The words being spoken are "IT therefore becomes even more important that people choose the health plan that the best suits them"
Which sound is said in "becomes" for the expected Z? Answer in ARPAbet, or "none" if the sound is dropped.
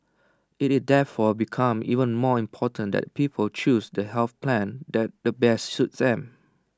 none